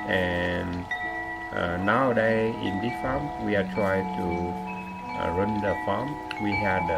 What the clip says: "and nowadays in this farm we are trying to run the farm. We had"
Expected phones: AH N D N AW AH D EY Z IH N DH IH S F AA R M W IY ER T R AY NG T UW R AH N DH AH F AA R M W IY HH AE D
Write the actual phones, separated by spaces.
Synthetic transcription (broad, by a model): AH N N AW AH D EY IH N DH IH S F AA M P W IY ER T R AY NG T UW R AH N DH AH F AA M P W IY HH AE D